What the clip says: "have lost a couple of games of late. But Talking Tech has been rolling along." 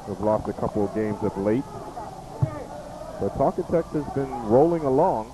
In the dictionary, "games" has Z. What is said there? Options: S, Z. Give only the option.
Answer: Z